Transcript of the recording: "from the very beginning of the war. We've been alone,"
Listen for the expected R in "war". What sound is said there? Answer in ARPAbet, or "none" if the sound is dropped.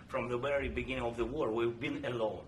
R